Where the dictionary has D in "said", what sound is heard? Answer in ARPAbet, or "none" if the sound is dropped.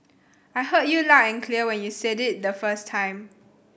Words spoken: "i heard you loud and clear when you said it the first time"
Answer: D